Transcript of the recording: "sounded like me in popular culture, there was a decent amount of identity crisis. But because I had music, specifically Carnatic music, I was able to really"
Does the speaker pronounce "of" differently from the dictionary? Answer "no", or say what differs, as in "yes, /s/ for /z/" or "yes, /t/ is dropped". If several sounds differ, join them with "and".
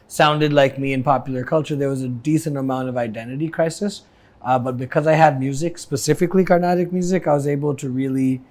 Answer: no